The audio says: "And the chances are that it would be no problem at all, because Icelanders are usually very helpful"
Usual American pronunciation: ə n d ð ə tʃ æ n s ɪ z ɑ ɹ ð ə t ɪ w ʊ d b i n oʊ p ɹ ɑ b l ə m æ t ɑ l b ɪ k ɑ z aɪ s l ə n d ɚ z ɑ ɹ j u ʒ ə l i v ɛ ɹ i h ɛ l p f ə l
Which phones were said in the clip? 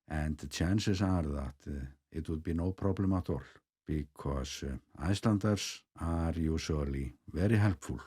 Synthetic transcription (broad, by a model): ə n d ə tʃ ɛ n s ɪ s ɑ ɹ ð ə t ɪ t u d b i n oʊ p ɹ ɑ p l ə m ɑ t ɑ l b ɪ k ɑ s aɪ s l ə n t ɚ s ɑ ɹ j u s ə l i v ɛ ɹ i h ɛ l p f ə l